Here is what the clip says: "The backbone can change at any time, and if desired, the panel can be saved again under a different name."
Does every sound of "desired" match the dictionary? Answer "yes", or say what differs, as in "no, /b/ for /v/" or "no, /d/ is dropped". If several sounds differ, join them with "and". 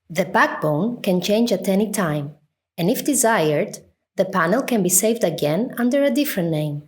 yes